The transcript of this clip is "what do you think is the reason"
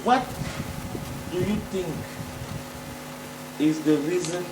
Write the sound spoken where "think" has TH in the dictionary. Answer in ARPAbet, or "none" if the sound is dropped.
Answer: T